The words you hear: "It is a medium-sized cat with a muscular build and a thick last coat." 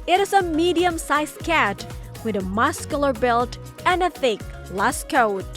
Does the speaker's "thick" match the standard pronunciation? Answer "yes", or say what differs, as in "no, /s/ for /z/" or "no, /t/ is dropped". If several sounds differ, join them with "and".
yes